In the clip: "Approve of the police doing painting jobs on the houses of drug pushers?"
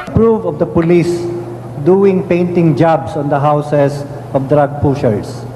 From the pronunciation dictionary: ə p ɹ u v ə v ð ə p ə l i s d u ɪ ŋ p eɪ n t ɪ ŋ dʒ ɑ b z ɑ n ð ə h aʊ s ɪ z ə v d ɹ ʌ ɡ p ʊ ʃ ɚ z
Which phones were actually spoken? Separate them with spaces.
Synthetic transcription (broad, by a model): p ɹ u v ə v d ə p ə l i s d u ɪ ŋ p eɪ n t ɪ ŋ dʒ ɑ b s ɑ n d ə h aʊ s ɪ s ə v d ɹ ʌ ɡ p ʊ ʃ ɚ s